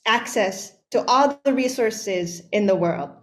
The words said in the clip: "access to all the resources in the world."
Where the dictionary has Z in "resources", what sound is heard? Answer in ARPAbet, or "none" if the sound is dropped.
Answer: Z